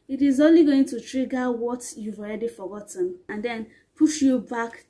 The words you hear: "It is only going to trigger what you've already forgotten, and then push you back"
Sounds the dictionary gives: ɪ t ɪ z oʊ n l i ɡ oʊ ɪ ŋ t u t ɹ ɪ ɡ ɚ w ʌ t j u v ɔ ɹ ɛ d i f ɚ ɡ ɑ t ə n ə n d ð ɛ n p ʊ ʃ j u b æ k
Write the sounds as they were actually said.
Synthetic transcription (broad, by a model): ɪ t ɪ z oʊ n l i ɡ oʊ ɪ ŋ t u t ɹ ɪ ɡ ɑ w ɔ t j u v ɔ ɹ ɛ d i f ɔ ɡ ɑ t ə n ə n d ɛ n p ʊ ʃ j u b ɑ k